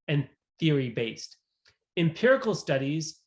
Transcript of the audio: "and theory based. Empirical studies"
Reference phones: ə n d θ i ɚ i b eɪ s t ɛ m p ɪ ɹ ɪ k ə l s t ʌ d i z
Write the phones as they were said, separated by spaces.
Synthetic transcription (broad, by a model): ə n θ i ɚ i b eɪ s t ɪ m p ɪ ɹ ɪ k l s t ʌ d i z